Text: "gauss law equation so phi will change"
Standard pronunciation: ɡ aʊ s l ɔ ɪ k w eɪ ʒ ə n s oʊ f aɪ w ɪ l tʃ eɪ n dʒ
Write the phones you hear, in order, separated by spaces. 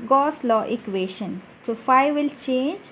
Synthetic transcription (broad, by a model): ɡ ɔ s l ɔ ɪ k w eɪ ʃ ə n s oʊ f aɪ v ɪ l tʃ eɪ n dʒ